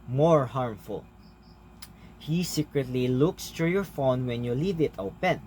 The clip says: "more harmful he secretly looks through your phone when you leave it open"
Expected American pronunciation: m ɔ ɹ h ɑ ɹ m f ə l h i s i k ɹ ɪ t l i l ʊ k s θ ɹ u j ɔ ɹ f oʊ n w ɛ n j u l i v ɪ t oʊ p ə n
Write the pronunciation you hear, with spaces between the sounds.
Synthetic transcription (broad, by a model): m ɔ ɹ h ɑ ɹ m f ə l h i s i k ɹ ɪ t l i l ʊ k s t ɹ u j ɔ ɹ f oʊ n w ɛ n j u l i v ɪ t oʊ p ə n